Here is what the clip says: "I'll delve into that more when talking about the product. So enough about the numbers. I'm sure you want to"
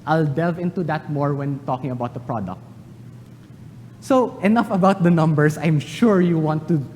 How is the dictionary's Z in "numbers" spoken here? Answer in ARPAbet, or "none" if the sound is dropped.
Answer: S